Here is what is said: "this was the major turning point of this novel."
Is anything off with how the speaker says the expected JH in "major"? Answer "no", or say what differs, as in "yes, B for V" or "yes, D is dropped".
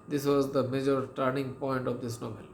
no